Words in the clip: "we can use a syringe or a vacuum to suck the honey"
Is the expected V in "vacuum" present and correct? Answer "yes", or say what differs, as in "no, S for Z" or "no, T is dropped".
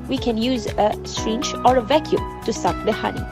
yes